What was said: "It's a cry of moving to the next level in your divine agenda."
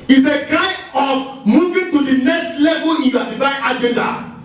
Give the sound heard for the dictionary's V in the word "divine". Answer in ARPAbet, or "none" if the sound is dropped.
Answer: F